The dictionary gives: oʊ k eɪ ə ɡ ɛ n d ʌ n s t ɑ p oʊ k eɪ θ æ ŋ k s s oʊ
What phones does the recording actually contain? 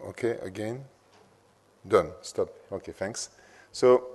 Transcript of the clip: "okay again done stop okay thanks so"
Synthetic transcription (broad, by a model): oʊ k eɪ ə ɡ ɛ n d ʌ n s t ɑ p oʊ k eɪ f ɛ ŋ k s s oʊ